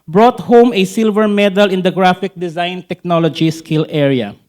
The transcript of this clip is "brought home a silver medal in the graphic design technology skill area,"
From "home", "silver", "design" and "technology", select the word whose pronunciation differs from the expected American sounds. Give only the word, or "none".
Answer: none